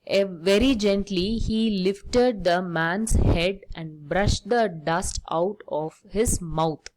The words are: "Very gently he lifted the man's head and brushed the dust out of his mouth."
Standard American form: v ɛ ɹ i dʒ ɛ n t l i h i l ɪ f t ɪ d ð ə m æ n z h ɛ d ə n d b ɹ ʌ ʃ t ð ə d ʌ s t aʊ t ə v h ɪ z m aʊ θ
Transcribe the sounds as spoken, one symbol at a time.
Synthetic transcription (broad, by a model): v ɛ ɹ i dʒ ɛ n t l i h i l ɪ f t ɪ d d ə m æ n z h ɛ d ə n d b ɹ ʌ ʃ t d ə d ʌ s t aʊ t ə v h ɪ z m aʊ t